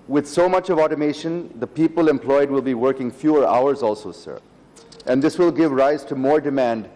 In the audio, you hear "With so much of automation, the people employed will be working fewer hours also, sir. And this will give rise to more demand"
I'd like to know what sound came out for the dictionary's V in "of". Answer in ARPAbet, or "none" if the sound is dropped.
V